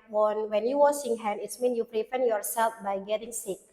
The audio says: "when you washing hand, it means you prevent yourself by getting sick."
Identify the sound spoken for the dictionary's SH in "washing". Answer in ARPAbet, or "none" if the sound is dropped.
S